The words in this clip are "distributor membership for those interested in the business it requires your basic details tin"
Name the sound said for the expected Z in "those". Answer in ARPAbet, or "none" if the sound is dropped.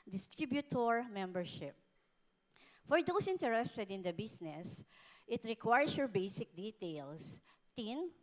S